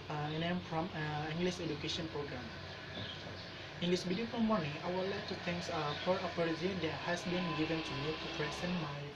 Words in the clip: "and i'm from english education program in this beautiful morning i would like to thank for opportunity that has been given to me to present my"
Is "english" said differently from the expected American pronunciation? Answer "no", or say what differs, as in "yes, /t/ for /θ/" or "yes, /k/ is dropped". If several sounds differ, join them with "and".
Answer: yes, /s/ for /ʃ/